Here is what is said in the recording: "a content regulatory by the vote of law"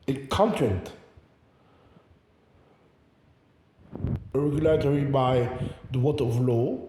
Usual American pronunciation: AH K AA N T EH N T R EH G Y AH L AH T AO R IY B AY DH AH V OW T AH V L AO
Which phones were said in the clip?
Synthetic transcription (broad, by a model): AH K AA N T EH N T R EH G Y AH L AH T AO R IY B AY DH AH W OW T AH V L AO